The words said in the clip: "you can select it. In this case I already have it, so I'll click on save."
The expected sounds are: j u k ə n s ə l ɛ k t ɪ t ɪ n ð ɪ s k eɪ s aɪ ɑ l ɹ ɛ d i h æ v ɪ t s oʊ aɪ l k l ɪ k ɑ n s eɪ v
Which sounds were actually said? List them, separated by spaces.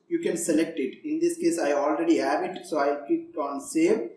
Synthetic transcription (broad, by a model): j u k ə n s ə l ɛ k t ɪ t ɪ n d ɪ s k eɪ s aɪ ɑ l ɹ ɛ d i h æ v ɪ t s oʊ aɪ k ɪ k ɑ n s eɪ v